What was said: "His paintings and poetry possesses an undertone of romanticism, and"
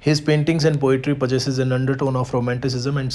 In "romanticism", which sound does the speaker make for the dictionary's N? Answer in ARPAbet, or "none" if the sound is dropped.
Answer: N